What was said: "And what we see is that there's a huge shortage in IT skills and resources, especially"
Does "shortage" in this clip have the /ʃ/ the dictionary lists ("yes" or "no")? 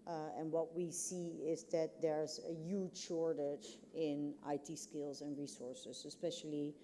yes